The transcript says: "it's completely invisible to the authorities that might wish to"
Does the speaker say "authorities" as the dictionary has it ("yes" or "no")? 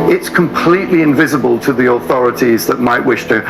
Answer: yes